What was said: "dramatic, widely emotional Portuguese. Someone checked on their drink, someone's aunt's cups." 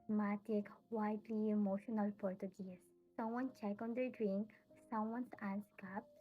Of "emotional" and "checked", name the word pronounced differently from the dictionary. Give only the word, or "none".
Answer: checked